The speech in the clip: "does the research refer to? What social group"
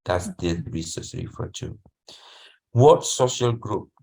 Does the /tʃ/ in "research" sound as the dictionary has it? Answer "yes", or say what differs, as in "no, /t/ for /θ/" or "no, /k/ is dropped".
no, /s/ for /tʃ/